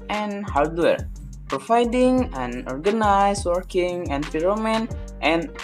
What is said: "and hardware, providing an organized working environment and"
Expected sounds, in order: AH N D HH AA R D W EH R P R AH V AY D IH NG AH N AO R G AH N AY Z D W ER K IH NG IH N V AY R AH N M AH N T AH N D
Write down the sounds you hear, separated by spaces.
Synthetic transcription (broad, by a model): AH N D HH AA R D W EH R P R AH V AY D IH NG AH N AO R G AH N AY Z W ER K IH NG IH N P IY R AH M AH N T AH N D